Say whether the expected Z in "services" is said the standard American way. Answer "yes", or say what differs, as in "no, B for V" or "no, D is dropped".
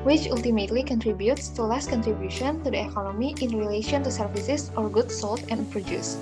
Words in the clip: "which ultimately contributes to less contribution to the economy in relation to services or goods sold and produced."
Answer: no, S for Z